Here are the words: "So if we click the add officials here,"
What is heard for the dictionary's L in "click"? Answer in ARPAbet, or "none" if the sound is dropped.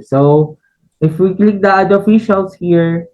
L